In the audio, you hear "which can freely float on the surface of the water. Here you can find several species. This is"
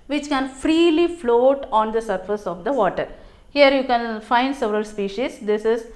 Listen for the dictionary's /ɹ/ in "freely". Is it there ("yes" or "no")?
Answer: yes